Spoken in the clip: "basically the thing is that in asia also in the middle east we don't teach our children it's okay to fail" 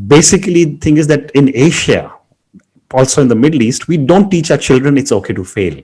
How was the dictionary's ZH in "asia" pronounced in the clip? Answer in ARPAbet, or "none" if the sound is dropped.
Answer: SH